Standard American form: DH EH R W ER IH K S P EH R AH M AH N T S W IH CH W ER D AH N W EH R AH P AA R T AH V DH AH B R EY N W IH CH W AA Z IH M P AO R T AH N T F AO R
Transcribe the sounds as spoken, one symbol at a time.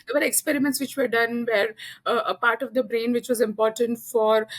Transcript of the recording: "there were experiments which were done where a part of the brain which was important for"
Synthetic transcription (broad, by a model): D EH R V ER IH K S P EH R AH M AH N T S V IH CH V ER D AH N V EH R AH P AA R T AH V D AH B R EY N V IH CH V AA Z IH M P AO R T AH N T F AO R